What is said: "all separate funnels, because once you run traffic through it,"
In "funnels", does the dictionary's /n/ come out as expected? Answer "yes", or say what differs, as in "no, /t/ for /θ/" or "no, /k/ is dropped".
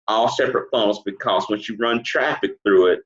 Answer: no, /n/ is dropped